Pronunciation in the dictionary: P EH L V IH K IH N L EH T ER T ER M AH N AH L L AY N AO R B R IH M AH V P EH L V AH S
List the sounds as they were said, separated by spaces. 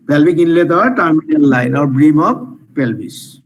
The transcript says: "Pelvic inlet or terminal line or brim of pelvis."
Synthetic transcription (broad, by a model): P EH L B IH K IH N L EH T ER T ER M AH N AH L L AY N AO R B R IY M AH P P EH L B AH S